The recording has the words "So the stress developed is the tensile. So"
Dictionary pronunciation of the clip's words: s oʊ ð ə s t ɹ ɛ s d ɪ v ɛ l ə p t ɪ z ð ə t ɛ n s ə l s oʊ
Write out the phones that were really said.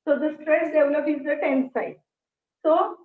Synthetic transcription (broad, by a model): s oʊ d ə s t ɹ ɛ s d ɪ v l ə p ɪ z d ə t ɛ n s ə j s oʊ